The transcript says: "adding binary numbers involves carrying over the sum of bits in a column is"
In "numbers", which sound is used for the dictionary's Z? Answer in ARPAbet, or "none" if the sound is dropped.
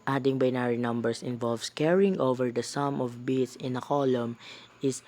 S